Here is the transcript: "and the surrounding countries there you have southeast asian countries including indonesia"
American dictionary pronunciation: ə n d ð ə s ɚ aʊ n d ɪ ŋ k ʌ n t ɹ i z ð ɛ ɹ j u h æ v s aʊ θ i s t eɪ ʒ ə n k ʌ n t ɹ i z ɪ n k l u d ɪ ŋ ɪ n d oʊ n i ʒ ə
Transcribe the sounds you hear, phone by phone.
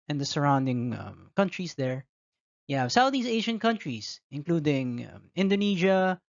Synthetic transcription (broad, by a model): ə n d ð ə s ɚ aʊ n d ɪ ŋ k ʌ n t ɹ i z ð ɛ ɹ j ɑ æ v s aʊ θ i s eɪ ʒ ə n k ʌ n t ɹ i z ɪ n k l u d ɪ ŋ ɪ n d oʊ n i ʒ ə